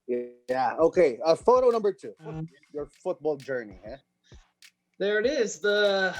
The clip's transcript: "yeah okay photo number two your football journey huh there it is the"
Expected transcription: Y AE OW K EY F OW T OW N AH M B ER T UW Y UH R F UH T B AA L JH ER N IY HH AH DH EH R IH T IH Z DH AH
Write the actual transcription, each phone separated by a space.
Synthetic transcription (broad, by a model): Y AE OW K EY F OW T OW N AH M B ER T UW Y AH R F UH T B AA L JH ER N IY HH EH DH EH R IH T IH Z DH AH